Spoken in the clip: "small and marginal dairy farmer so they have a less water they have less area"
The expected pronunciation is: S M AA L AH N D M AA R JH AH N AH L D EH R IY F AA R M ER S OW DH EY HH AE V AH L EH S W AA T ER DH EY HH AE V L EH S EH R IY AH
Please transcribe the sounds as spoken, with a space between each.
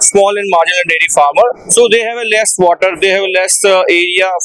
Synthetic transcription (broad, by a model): S M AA L AH N D M AA R JH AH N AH N D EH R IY F AA R M ER S OW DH EY HH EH V AH L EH S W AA T ER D EY HH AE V L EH S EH R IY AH